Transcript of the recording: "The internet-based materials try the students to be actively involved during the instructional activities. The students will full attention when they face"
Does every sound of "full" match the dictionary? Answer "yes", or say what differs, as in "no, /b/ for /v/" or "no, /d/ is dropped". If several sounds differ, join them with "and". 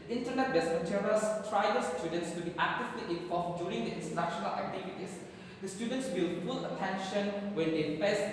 no, /p/ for /f/